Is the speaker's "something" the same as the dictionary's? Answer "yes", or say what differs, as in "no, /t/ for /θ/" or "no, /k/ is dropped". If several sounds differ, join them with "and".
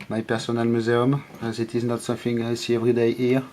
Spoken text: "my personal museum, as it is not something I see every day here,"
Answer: no, /f/ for /θ/